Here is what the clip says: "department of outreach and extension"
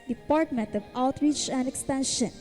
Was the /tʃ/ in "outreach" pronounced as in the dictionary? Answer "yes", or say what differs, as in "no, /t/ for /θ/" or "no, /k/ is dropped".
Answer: yes